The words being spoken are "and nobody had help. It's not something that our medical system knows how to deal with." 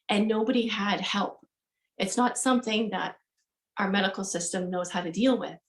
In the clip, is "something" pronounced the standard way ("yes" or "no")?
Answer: yes